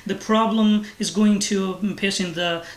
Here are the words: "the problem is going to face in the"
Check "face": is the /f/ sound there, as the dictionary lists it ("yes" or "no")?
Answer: no